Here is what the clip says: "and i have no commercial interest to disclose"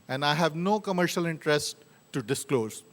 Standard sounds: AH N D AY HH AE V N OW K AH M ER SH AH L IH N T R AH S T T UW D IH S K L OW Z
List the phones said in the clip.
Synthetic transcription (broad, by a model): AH N D AY HH AE V N OW K AH M ER SH AH L IH N T R AH S T T UW D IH S K L OW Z